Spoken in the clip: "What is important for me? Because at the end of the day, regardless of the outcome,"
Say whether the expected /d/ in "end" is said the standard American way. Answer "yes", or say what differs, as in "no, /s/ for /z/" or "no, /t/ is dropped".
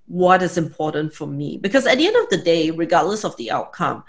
yes